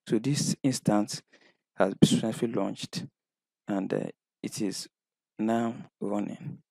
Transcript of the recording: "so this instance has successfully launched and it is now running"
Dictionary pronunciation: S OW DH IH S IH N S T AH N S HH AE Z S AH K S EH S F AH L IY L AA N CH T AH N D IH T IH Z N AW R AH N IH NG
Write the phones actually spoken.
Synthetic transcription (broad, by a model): S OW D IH S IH N S T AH N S HH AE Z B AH S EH F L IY L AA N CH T AH N D IH T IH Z N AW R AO N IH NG